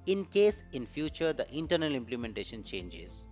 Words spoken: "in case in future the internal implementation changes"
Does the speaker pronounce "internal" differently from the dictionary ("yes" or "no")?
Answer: no